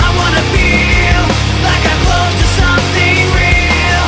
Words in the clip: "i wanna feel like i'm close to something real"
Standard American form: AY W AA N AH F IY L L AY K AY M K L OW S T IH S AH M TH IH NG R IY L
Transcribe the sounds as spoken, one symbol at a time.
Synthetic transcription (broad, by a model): AY W AA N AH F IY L L AY K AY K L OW T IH S AH M TH IH NG R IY L